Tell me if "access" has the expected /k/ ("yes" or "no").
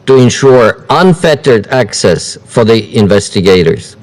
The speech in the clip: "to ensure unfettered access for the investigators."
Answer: yes